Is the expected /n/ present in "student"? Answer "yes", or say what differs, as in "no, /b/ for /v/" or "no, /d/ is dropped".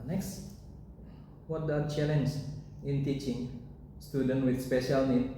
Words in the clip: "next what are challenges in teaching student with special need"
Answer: yes